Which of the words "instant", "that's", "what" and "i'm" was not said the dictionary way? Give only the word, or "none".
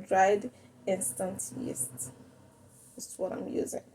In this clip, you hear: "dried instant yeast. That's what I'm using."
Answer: that's